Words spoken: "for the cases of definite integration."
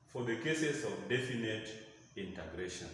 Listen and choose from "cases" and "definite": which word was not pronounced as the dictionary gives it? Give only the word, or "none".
cases